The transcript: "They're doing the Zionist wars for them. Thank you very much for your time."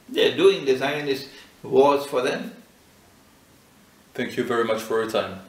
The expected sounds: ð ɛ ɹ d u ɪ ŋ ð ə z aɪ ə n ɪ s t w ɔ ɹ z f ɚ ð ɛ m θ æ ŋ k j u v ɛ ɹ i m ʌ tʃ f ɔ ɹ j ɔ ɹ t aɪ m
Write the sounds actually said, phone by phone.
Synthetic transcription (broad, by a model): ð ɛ d u ɪ ŋ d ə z aɪ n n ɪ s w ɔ l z f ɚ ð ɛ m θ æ ŋ k j u v ɛ ɹ i m ʌ tʃ f ɔ ɹ j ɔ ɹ t aɪ m